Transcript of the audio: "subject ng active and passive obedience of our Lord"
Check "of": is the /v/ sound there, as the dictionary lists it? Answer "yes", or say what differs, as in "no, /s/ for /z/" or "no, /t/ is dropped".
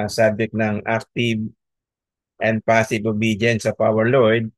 no, /p/ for /v/